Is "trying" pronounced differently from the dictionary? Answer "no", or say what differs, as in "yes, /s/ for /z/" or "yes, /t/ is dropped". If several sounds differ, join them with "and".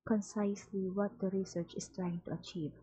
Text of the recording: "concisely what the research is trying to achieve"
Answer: no